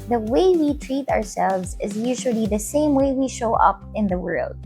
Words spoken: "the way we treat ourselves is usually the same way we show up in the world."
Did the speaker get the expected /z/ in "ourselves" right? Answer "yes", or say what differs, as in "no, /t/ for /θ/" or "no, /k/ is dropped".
yes